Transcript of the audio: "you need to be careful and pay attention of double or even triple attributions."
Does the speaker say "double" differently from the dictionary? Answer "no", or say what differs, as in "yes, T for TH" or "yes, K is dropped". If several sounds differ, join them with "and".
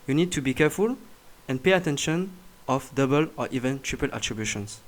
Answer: no